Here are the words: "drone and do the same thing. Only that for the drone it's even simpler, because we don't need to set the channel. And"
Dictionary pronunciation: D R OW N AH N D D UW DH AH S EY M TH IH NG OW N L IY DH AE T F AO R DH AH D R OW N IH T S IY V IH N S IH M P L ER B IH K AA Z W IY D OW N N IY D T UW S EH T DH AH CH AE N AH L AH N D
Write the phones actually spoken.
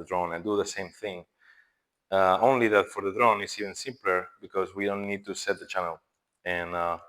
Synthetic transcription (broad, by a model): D R OW N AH N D D UW DH AH S EY M TH IH NG OW N L IY DH AE T F AO R DH AH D R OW N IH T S IY V IH N S IH M P L ER B IH K AA Z W IY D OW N N IY D T UW S EH T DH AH CH AE N AH L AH N